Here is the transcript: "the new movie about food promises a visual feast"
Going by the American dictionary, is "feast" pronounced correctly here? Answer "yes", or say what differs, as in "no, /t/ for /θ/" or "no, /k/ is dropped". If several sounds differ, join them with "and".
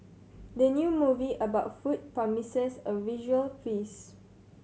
no, /t/ is dropped